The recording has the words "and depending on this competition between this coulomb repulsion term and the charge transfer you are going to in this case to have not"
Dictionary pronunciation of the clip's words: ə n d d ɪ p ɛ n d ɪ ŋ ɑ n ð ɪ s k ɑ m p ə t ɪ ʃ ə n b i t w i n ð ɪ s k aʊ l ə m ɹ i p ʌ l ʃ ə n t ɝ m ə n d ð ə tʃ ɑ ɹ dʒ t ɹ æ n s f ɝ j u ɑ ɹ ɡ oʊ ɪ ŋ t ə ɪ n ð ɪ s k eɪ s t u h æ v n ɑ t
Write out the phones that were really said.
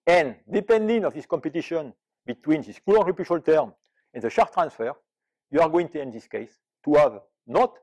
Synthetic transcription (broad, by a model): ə n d d ɪ p ɛ n d ɪ ŋ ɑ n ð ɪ s k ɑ m p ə t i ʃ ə n b i t w i n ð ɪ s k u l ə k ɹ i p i ʃ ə l t ɝ m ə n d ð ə ʃ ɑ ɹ t ɹ æ n s f ɝ j u ɑ ɹ ɡ oʊ ɪ ŋ t ə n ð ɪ s k eɪ s t u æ v n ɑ t